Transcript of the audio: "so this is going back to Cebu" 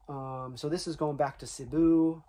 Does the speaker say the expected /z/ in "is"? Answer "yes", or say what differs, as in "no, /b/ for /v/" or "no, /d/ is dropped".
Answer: yes